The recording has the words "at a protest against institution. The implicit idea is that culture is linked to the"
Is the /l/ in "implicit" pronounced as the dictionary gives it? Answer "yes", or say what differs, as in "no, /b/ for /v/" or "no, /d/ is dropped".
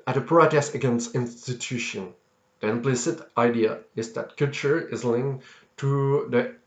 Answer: yes